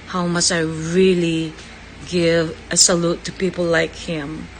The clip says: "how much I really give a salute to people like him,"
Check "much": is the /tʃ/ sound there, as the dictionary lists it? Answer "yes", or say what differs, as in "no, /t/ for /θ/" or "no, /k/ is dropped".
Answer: no, /s/ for /tʃ/